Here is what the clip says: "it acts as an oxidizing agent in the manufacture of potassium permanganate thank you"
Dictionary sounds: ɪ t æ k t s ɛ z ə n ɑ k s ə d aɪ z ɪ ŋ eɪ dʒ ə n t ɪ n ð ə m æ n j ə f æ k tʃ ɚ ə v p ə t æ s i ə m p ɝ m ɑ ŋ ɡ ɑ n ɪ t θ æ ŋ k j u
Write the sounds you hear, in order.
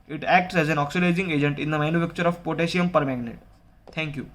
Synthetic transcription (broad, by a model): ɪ t æ k t s ɛ z ə n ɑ k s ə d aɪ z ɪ ŋ eɪ dʒ ə n t ɪ n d ə m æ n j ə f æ k tʃ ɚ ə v p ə t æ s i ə m p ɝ m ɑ ɡ n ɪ t t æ ŋ k j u